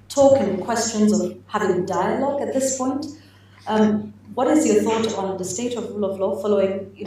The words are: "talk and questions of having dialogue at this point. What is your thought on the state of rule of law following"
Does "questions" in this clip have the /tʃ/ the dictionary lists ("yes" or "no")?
yes